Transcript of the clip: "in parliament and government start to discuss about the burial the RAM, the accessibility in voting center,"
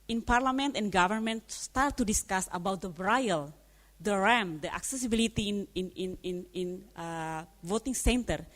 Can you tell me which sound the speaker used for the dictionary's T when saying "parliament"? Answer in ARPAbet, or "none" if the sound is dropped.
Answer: T